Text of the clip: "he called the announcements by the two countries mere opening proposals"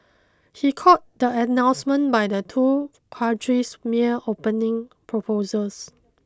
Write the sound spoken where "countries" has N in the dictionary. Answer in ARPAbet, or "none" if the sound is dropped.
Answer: none